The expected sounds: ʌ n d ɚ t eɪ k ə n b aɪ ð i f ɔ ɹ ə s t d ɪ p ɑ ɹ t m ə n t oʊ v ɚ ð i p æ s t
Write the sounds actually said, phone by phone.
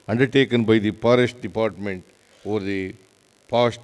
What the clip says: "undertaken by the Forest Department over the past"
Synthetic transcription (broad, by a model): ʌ n d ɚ t eɪ k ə n b aɪ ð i p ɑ ɹ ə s t d ɪ p ɑ ɹ t m ə n t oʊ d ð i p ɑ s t